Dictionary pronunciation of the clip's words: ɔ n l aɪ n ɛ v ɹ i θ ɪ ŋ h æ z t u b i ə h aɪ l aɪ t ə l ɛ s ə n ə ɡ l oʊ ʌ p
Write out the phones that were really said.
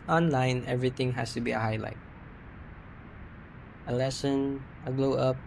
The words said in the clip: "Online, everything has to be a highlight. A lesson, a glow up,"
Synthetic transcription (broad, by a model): ɔ n l aɪ n ɛ v ɹ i t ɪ ŋ h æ s t u b i ə h aɪ l aɪ t ə l ɛ s ə n ə ɡ l oʊ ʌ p